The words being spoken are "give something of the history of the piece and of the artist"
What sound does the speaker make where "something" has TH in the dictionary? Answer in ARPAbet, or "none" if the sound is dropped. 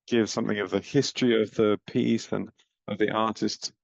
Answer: TH